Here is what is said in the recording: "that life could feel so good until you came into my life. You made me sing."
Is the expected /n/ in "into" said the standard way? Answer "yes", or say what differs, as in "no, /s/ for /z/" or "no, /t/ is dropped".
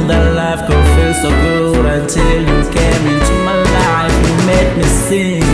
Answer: no, /n/ is dropped